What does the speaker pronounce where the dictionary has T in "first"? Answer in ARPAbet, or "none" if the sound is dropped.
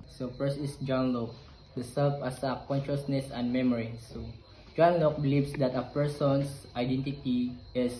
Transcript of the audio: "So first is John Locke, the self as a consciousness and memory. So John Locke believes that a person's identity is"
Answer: none